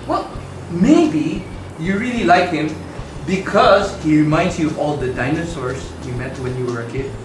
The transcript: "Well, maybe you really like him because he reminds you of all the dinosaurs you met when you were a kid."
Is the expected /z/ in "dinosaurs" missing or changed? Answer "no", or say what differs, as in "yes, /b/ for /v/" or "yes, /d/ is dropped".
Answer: yes, /s/ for /z/